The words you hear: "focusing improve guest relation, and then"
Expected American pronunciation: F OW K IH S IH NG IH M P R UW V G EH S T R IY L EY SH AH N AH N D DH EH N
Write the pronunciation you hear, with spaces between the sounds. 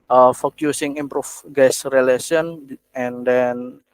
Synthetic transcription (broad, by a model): F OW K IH S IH NG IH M P R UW F G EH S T R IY L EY S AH N AH N D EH N